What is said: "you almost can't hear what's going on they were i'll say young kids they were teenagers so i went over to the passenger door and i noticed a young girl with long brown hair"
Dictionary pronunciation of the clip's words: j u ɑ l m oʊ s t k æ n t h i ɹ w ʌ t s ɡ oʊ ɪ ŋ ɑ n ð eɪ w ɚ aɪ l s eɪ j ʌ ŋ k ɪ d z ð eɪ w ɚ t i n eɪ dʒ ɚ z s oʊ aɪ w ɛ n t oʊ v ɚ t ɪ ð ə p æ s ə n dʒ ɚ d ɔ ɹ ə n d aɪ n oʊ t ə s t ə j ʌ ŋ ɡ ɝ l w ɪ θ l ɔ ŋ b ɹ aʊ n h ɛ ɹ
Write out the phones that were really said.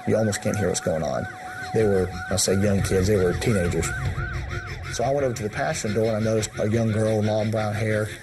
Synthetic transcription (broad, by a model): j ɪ ɑ l m oʊ s t k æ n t h i ɹ w ʌ t s ɡ oʊ ɪ ŋ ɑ n ð eɪ w ɚ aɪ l s eɪ j ʌ ŋ k ɪ d z ð eɪ w ɚ t i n eɪ dʒ ɚ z s oʊ aɪ w ɛ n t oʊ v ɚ t ɪ ð ə p æ ʃ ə n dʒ d ɔ ɹ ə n aɪ n oʊ t ə s t ə j ʌ ŋ ɡ ɝ l l ɔ ŋ b ɹ aʊ n h ɛ ɹ